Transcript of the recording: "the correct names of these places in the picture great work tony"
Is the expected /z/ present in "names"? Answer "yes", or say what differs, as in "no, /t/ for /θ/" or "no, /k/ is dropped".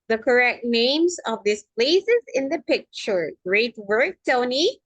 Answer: yes